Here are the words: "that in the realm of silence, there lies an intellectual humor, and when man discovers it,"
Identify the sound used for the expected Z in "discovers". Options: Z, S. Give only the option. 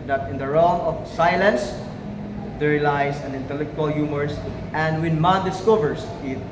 S